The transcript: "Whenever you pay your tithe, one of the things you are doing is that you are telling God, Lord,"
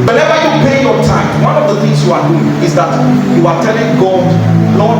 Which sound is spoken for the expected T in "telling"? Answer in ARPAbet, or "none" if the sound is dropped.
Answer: T